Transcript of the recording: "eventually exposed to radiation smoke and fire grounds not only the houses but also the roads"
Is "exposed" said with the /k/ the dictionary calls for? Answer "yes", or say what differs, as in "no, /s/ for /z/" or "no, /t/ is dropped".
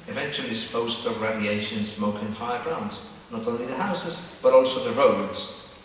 no, /k/ is dropped